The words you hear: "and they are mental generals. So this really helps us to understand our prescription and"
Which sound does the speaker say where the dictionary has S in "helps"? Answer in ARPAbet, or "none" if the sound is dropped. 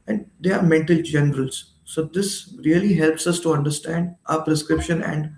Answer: S